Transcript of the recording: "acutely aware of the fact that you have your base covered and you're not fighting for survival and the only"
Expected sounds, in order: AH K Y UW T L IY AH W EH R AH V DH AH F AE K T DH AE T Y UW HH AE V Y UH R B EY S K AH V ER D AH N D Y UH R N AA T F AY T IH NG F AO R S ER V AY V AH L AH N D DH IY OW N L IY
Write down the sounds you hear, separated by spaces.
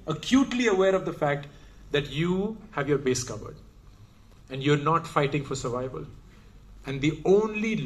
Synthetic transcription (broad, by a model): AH K Y UW T L IY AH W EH R AH V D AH F AE K T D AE T Y UW HH AE V Y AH R B EY S K AH V ER D AH N D Y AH R N AA T F AY T IH NG F AO R S ER V AY V AH L AH N D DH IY OW N L IY